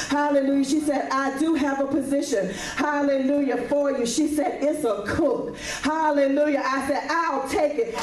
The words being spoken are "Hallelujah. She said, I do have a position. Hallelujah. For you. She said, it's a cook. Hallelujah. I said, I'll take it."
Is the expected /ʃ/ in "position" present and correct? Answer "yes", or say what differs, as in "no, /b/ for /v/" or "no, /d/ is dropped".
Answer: yes